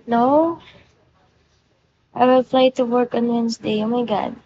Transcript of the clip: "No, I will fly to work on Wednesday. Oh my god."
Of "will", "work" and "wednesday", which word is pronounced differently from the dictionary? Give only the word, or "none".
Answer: wednesday